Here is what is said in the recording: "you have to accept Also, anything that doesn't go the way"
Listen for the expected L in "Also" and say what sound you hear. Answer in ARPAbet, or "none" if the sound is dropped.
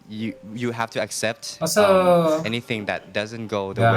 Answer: none